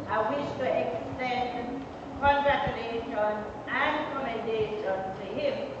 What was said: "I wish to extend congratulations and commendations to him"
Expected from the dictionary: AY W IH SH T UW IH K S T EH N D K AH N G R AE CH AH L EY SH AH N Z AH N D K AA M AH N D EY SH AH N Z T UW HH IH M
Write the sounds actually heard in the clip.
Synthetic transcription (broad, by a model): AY W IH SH T UW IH K S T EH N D K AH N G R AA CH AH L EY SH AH N AH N K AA M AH N D EY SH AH N T UW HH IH M